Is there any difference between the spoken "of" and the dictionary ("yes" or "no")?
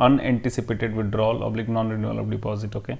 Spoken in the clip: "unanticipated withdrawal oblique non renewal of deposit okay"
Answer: yes